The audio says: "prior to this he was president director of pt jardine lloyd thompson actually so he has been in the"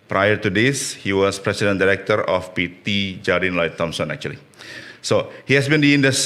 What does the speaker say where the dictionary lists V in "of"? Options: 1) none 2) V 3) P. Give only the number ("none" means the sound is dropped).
3